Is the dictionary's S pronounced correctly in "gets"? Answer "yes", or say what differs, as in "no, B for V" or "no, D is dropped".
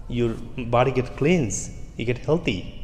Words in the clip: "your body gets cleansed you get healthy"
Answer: no, S is dropped